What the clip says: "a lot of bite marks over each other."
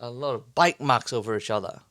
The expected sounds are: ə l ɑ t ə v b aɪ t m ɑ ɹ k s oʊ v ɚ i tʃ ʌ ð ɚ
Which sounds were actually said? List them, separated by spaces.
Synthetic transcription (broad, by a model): ə l ɑ t ə v b aɪ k m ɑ k s oʊ v ɚ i tʃ ʌ ð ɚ